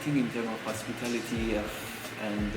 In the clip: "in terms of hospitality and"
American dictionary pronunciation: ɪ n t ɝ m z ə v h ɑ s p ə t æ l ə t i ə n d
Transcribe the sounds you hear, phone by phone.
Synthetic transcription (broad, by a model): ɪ n t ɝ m ə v h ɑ s p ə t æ l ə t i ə n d